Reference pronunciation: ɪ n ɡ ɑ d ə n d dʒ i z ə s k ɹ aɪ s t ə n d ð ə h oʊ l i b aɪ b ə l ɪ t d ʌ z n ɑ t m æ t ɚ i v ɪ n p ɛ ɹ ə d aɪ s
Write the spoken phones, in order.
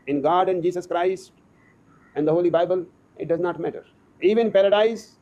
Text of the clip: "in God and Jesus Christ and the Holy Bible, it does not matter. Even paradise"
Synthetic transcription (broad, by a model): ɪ n ɡ ɑ d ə n dʒ i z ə s k ɹ aɪ s t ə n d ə h oʊ l i b aɪ b ə l ɪ t d ʌ z n ɑ t m æ t ɚ i v ɪ n p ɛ ɹ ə d aɪ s